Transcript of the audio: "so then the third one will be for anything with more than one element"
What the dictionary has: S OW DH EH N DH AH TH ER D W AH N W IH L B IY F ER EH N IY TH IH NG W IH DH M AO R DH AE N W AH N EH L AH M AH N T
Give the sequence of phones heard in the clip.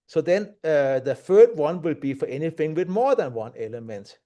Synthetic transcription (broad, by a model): S OW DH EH N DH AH F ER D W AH N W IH L B IY F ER EH N IY TH IH NG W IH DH M AO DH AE N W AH N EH L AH M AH N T